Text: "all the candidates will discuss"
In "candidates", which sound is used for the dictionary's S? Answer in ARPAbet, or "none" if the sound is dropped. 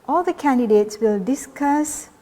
S